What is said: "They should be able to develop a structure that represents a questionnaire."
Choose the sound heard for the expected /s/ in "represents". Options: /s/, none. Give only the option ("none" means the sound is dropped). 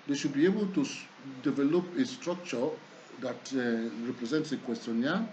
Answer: /s/